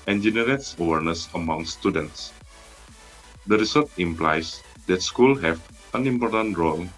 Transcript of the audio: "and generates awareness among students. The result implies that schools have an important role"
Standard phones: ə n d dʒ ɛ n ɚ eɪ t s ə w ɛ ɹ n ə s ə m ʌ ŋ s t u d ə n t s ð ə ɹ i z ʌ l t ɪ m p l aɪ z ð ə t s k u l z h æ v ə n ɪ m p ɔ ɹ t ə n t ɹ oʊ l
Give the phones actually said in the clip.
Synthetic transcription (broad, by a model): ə n dʒ ɛ n ɚ eɪ t s ə w ɛ ɹ n ə s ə m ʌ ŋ s t u d ə n t s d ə ɹ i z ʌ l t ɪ m p l aɪ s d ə t s k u l h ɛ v ə n ɪ m p ɔ ɹ t ə n t ɹ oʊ l